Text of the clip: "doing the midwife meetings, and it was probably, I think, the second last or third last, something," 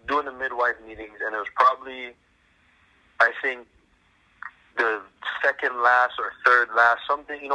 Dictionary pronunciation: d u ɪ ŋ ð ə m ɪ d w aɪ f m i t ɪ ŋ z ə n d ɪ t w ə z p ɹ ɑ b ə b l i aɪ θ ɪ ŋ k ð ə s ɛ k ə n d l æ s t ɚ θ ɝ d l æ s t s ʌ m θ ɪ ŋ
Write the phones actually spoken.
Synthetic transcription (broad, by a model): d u ɪ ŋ ð ə m ɪ d w aɪ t m i t ɪ ŋ z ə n ɪ t w ə z p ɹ ɑ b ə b l i aɪ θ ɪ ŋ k ð ə s ɛ k ə n d l æ s t ɚ θ ɝ d l æ s t s ʌ m θ ɪ ŋ